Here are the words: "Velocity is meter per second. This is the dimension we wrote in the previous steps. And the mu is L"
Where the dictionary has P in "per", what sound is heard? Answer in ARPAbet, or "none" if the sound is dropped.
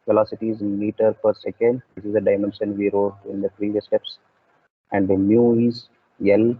P